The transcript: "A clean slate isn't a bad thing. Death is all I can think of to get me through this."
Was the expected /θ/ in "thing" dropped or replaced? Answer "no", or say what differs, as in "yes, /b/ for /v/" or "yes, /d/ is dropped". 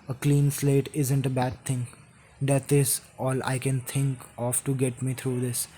yes, /t/ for /θ/